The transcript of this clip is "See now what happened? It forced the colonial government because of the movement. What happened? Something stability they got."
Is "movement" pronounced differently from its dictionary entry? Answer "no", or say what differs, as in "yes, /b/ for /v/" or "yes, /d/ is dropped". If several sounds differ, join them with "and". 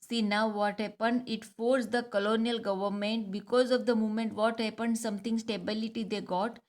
yes, /v/ is dropped